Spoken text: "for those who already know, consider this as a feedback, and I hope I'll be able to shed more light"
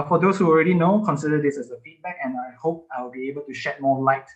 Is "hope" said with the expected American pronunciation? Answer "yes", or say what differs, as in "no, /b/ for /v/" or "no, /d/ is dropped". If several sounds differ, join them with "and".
yes